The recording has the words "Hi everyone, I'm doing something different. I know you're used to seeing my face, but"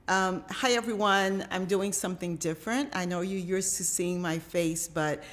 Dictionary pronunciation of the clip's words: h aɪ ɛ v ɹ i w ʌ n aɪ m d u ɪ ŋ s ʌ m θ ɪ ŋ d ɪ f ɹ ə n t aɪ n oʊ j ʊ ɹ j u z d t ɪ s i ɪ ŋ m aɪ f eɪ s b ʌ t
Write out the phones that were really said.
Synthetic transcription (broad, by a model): h aɪ ɛ v ɹ i w ʌ n aɪ m d u ɪ ŋ s ʌ m θ ɪ ŋ d ɪ f ɹ ə n t aɪ n oʊ j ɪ j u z t ɪ s i ɪ ŋ m aɪ f eɪ s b ʌ t